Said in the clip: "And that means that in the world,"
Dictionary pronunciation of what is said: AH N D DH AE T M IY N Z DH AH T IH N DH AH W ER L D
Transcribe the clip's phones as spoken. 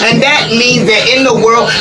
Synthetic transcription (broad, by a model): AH N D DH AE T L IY Z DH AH T IH N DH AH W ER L